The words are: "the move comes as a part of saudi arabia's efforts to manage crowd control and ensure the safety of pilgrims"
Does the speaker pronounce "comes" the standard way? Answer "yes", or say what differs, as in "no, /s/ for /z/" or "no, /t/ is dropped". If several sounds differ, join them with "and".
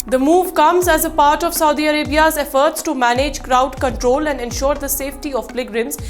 yes